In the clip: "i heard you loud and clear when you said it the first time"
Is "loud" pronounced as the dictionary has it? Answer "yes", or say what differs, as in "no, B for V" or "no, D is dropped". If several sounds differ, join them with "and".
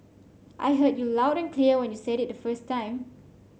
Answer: yes